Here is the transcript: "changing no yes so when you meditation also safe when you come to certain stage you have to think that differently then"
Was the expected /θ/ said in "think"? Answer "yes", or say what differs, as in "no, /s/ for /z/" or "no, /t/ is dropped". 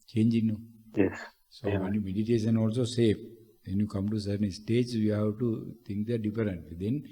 no, /t/ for /θ/